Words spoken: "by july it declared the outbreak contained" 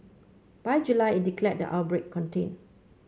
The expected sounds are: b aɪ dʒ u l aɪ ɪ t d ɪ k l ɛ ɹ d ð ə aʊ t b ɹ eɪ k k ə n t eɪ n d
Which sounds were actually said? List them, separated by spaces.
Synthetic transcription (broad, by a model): b aɪ dʒ u l aɪ ɪ t d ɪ k l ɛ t d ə aʊ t b ɹ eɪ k k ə n t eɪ n